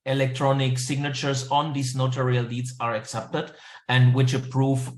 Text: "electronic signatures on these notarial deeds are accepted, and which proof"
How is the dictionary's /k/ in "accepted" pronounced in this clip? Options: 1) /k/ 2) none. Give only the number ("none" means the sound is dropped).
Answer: 1